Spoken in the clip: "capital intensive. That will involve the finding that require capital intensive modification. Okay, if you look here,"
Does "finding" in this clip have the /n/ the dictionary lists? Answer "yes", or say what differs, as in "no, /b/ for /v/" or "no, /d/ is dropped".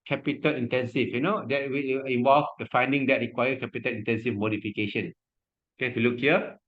yes